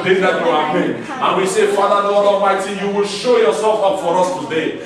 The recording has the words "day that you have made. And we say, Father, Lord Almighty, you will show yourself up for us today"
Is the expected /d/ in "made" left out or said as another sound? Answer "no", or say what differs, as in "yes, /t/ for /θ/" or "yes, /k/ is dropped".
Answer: yes, /d/ is dropped